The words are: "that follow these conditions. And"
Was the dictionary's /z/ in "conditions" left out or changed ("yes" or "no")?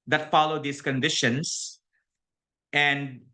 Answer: yes